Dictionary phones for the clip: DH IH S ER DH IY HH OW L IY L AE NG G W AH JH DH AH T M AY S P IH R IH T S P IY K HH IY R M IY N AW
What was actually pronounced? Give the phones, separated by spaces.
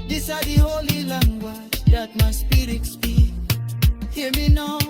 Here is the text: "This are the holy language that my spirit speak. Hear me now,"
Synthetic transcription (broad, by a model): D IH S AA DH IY HH OW L IY L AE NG G W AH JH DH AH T M AY S P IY R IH T S B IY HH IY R M IY N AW